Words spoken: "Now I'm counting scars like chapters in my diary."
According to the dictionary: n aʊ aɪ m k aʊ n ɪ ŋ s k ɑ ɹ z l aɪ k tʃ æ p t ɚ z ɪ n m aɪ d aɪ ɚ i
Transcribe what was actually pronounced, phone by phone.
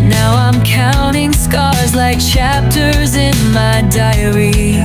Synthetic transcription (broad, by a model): n aʊ aɪ m k aʊ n ɪ ŋ s k ɑ ɹ z l aɪ k tʃ æ p t ɚ z ɪ n m aɪ d aɪ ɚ i